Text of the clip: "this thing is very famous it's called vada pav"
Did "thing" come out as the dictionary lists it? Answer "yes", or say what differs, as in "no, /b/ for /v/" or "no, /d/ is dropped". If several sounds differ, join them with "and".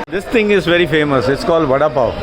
no, /t/ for /θ/